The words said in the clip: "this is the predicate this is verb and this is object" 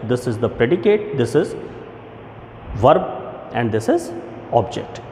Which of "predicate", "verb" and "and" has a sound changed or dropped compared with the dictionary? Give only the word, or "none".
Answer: none